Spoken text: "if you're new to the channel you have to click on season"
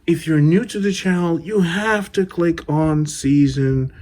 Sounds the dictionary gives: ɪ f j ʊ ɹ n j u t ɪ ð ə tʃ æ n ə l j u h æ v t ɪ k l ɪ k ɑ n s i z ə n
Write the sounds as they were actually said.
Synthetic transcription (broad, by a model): ɪ f j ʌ ɹ n j u t ɪ ð ə tʃ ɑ ə l j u h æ f t ɪ k l ɪ k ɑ n s i z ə n